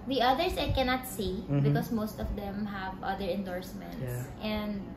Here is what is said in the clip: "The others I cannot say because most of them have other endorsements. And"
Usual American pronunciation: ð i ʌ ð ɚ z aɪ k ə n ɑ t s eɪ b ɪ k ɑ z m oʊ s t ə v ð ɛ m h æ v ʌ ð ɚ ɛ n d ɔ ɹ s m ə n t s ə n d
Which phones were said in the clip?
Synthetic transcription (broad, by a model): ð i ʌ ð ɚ s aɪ k ə n ɑ t s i b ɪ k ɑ s m oʊ s t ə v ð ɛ m h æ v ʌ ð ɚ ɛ n d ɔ ɹ s m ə n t s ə n d